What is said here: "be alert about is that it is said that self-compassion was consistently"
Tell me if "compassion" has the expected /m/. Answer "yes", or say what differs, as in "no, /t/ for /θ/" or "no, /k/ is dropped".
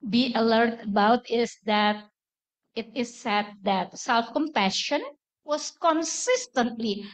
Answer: yes